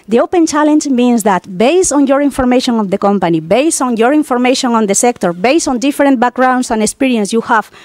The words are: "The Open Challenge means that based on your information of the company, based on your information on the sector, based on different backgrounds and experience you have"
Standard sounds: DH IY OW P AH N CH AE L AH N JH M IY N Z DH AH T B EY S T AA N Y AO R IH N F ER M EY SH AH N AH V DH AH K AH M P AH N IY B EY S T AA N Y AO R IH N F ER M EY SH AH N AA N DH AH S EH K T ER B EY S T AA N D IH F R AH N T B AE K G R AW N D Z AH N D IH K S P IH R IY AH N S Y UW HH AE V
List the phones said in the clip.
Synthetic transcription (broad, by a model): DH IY OW P AH N CH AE L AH N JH M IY N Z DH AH T B EY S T AA N Y AO R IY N F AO M EY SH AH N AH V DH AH K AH M P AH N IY B EY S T AA N Y AO R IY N F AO M EY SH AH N AA N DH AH S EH K T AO B EY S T AA N D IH F R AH N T B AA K G R AW N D S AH N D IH K S P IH R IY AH N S Y UW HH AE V